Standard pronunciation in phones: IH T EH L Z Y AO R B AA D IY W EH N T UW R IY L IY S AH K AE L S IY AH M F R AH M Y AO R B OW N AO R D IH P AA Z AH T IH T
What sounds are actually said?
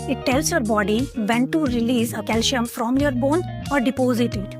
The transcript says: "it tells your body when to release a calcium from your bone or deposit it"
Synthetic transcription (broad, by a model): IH T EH L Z Y AO R B AA D IY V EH N T UW R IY L IY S AH K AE L SH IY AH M F R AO M Y AO R B OW N AO R D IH P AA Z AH T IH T